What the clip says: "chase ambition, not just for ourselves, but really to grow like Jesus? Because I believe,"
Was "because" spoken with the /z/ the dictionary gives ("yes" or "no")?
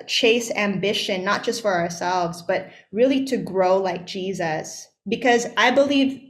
yes